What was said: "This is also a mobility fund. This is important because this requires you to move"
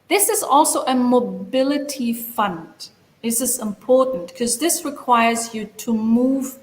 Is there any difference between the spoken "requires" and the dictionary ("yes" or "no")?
no